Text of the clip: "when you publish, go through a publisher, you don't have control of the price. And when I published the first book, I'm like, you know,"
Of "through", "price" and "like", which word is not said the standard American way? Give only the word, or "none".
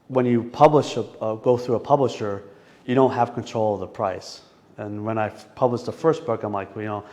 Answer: none